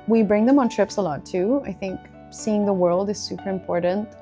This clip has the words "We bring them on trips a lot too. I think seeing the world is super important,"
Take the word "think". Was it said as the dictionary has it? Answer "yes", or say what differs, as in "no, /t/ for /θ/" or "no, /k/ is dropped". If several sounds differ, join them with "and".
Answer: yes